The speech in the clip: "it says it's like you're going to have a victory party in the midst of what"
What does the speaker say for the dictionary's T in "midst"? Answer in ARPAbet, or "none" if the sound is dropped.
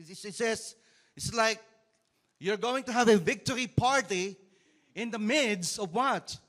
none